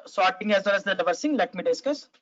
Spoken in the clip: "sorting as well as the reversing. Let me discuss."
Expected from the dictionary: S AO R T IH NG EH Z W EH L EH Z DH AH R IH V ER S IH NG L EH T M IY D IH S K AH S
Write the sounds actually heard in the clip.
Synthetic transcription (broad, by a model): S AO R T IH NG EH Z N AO N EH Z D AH L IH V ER S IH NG L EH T M IY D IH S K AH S